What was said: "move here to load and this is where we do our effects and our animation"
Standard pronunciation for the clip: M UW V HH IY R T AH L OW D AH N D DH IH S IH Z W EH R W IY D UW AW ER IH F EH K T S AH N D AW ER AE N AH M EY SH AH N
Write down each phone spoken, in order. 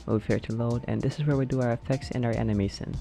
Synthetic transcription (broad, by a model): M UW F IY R T AH L OW D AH N DH IH S IH Z W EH R W IY D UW AW ER IH F EH K T S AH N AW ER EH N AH M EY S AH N